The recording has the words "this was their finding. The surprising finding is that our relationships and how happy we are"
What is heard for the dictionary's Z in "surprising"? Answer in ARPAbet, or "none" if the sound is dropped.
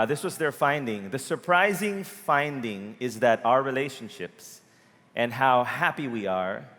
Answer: Z